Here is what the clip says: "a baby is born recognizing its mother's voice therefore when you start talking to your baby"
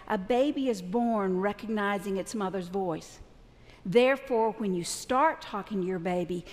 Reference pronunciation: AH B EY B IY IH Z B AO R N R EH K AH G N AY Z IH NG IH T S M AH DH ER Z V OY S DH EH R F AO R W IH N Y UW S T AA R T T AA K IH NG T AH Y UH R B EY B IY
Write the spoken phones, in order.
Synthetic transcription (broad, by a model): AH B EY B IY IH Z B AO R N R EH K AH G N AY Z IH NG IH T S M AH DH ER Z V OY S DH EH R F AO R W IH N Y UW S T AA R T T AA K IH NG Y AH R B EY B IY